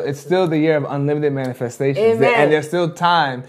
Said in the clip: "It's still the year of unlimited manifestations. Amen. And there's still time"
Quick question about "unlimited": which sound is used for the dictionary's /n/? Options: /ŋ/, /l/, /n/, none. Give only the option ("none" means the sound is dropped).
/n/